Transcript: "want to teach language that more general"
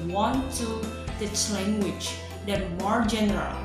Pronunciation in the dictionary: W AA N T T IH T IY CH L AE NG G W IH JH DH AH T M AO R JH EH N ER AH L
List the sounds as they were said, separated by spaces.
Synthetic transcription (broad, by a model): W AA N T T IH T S L AE NG G W IH JH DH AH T M AO R JH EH N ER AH L